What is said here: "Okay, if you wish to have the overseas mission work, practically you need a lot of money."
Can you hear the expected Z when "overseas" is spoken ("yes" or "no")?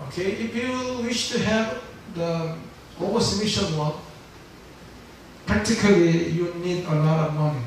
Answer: no